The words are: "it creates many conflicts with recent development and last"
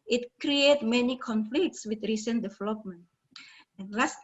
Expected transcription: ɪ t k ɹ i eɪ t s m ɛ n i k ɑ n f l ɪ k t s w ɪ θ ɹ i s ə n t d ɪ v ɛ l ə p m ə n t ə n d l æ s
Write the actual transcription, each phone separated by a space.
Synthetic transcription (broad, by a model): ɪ t k ɹ i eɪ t m ɛ n i k ɑ n f l ɪ k t s w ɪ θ ɹ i s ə n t d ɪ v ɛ l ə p m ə n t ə n l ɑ s